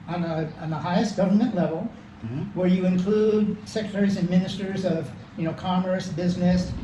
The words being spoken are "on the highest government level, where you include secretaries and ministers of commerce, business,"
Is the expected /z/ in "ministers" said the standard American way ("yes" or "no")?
yes